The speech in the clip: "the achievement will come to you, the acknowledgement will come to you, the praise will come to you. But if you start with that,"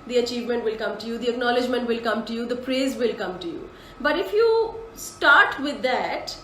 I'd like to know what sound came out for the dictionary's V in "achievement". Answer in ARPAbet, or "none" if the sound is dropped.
V